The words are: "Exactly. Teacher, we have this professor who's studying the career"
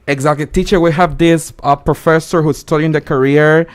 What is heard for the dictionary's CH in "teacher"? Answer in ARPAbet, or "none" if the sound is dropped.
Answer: CH